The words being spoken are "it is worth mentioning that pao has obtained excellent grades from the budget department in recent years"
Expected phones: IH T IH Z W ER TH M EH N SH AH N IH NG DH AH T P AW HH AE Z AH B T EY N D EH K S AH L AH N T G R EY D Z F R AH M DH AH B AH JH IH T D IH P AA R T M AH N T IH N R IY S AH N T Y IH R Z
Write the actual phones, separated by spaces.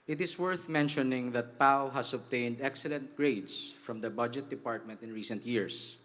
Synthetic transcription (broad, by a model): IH T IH S W ER TH M EH N SH AH N IH NG DH AH T P AW HH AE S AH B T EY N D EH K S AH L AH N T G R EY D S F R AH M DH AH B AH JH IH T D IH P AA R T M AH N T IH N R IY S AH N T Y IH R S